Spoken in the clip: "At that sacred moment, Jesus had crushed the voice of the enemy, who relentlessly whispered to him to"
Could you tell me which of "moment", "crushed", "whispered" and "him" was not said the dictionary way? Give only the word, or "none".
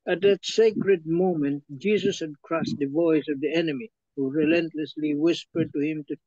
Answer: crushed